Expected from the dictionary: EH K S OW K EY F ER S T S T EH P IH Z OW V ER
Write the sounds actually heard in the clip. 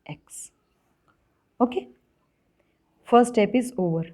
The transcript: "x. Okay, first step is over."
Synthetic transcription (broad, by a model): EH K S OW K EY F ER T S T EH P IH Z OW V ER